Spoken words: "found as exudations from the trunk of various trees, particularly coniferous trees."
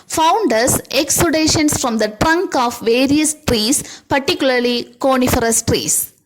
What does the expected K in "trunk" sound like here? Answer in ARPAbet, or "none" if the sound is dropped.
K